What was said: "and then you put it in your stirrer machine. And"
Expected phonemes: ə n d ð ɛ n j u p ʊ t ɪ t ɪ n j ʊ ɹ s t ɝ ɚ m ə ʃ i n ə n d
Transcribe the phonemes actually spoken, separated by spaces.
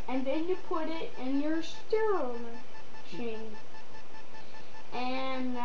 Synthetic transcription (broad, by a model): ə n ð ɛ n j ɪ p ʊ t ɪ t ɪ n j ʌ ɹ s t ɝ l m ə ʃ i n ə n